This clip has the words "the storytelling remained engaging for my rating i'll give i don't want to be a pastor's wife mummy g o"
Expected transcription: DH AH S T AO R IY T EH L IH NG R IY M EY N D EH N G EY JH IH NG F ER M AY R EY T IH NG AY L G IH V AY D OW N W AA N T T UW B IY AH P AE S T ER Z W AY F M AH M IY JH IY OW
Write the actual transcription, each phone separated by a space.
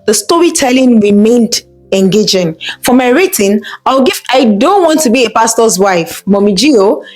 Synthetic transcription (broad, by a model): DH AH S T AO R IY T EH L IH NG R IY M EY N D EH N G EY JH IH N F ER M AY R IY T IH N AY W G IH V AY D OW N W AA N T T UW B IY AH P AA S T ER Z W AY F M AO M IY JH IY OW